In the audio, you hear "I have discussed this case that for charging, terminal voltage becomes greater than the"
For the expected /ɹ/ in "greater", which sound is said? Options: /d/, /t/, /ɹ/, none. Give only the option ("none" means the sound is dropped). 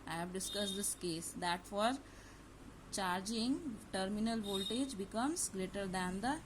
/ɹ/